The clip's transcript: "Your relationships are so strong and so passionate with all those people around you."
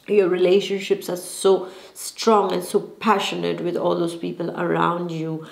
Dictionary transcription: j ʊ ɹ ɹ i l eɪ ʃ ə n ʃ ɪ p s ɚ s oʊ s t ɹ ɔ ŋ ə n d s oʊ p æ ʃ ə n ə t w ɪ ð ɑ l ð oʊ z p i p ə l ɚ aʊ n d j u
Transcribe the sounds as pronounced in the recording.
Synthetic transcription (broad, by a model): j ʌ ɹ ɹ i l eɪ ʃ ə n ʃ ɪ p s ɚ s oʊ s t ɹ ɔ ŋ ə n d s oʊ p æ ʃ ə n ə t w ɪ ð ɑ l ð oʊ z p i p ə l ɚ aʊ n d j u